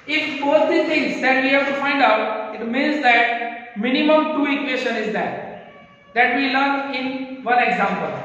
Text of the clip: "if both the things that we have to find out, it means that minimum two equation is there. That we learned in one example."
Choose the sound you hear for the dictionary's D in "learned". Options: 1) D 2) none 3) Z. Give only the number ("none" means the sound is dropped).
2